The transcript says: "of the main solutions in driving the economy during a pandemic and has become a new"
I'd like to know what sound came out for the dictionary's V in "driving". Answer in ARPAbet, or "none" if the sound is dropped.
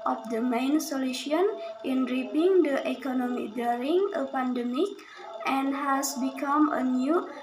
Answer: P